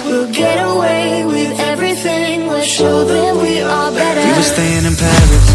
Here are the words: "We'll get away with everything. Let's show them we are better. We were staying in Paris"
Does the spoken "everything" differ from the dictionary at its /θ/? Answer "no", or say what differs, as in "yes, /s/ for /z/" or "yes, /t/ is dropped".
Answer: no